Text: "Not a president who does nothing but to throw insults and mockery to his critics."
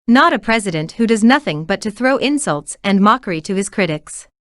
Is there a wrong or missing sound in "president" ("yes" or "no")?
no